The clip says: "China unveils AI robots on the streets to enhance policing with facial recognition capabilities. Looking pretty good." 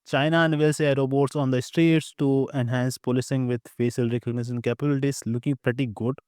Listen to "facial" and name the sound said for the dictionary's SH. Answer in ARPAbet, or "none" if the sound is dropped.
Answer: S